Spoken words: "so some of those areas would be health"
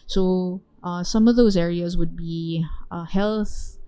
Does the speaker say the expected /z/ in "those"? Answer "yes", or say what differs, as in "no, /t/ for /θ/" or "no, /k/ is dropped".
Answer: yes